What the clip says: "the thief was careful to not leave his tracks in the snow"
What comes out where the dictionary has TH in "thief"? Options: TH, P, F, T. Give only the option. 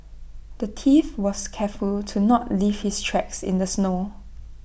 T